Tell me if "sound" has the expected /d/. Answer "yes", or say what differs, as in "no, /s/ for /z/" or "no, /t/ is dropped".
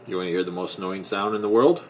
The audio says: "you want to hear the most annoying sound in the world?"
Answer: yes